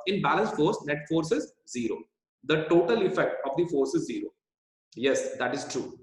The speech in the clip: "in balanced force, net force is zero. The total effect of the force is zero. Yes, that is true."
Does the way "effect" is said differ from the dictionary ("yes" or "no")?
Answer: no